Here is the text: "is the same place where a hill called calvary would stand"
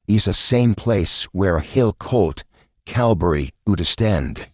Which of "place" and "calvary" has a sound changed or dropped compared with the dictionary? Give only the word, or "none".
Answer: calvary